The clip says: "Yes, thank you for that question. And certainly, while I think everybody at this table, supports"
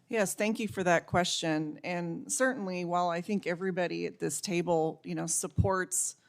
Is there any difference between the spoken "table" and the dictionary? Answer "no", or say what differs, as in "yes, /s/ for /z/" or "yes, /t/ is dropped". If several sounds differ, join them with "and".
yes, /n/ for /l/